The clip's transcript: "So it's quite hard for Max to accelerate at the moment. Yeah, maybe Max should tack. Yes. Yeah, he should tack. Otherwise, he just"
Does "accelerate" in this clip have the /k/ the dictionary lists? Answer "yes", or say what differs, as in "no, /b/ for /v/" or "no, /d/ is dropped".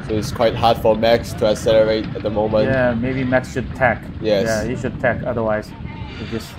no, /k/ is dropped